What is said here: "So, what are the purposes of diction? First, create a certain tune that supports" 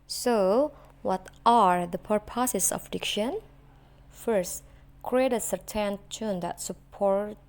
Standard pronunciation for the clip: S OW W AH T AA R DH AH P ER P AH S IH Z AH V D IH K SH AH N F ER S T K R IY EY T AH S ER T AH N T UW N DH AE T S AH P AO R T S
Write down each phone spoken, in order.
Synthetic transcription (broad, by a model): S OW W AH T AA R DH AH P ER P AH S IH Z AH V D IH K SH AH N F ER S T K R IY EY T AH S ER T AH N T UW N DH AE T S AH P AO R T